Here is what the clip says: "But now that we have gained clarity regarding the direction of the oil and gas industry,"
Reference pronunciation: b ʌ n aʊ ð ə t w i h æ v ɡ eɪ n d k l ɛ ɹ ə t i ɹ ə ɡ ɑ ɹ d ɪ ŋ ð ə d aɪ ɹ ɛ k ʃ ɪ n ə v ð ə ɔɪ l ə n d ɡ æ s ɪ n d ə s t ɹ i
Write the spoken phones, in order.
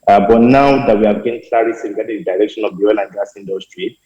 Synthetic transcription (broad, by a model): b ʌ n aʊ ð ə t w i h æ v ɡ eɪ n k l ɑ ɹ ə s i w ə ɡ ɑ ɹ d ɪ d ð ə d aɪ ɹ ɛ k ʃ ɪ n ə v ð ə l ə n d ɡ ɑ s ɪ n d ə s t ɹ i